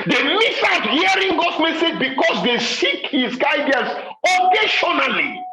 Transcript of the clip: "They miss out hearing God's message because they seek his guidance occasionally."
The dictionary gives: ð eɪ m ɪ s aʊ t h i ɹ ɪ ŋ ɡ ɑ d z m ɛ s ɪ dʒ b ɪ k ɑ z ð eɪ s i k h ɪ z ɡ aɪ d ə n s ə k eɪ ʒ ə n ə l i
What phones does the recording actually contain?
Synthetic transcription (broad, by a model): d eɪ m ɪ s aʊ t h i ɹ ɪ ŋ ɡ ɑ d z m ɛ s ɪ dʒ b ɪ k ɑ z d eɪ s i k h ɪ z ɡ aɪ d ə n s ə k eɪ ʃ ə n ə l i